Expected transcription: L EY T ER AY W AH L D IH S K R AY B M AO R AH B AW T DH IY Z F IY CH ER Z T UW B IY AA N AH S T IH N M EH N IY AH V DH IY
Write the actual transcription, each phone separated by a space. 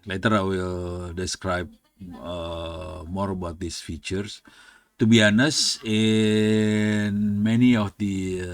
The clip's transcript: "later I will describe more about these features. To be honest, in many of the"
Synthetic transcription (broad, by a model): L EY T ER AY W AH L D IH S K R AY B M AO R AH B AW T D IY S F IY CH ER S T UW B IY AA N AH S IH N M EH N IY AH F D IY